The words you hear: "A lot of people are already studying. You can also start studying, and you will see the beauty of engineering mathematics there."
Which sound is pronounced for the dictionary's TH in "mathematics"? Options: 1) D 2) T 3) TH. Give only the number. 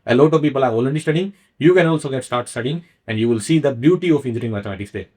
2